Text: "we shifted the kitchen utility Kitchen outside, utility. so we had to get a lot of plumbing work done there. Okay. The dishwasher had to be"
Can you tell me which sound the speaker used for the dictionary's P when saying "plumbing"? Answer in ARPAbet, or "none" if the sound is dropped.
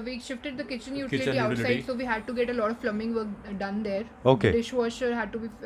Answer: F